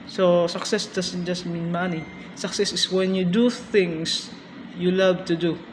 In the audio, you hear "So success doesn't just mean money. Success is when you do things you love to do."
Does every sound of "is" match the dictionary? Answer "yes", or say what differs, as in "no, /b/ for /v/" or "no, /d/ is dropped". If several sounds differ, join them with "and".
no, /s/ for /z/